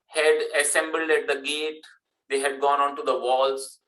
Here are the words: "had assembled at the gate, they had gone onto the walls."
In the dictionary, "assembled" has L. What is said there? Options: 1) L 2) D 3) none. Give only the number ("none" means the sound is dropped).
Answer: 1